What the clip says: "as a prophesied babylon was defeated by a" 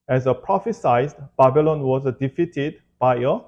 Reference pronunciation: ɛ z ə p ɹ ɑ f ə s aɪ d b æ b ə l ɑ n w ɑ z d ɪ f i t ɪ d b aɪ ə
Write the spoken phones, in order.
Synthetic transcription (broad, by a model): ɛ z ə p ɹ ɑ f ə s aɪ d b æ b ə l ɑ n w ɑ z d ɪ f i t ɪ d b aɪ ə